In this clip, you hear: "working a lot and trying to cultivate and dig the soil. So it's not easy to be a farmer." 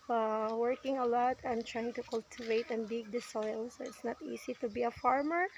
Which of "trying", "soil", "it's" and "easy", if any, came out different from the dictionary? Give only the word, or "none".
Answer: easy